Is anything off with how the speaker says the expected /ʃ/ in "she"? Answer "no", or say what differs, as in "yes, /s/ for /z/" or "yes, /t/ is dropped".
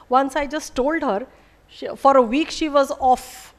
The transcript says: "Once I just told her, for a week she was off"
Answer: no